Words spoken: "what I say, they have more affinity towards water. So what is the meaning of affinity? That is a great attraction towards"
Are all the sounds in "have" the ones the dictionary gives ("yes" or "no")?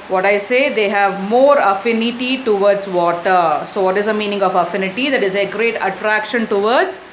yes